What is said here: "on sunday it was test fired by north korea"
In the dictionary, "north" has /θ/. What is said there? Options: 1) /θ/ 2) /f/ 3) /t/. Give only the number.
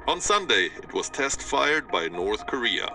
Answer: 1